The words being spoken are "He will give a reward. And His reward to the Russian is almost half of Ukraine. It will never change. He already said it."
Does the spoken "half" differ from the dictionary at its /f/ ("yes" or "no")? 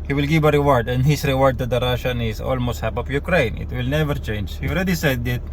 yes